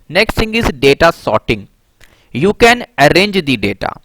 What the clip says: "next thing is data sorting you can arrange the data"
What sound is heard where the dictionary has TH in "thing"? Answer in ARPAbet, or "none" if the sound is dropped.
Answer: S